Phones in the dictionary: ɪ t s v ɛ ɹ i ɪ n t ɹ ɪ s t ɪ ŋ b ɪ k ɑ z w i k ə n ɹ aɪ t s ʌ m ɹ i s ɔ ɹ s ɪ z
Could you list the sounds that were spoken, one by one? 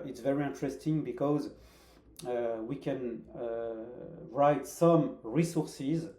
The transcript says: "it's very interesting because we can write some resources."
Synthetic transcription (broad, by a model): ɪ t s v ɛ ɹ i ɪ n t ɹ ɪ s t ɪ ŋ b ɪ k ɑ z w i k ə n ɹ aɪ t s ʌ m ɹ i s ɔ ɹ s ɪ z